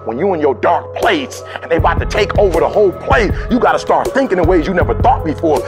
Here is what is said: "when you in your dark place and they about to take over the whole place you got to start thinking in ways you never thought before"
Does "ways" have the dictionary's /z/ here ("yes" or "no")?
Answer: yes